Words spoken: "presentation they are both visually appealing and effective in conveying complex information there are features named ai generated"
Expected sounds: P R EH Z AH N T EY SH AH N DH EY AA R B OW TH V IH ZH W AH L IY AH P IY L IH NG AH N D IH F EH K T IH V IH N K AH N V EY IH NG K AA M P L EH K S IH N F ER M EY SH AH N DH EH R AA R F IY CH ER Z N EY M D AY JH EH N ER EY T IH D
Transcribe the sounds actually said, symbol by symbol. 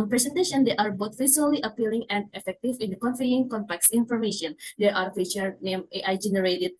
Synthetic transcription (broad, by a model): P R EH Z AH N T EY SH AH N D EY AA R B OW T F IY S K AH L IY AH P IY L IH NG AH N D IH F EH K T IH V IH N K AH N F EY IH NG K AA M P L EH K S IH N F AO M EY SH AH N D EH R AA R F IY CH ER N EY M AY JH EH N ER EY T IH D